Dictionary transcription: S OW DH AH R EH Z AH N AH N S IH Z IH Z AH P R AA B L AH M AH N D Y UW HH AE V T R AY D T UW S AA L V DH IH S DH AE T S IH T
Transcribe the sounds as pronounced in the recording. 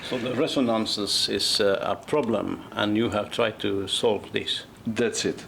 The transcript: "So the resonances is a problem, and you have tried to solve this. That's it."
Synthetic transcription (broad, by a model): S OW DH AH R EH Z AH N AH N S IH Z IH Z AH P R AA B L AH M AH N Y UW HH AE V T R AY D T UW S AA L V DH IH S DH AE T S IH T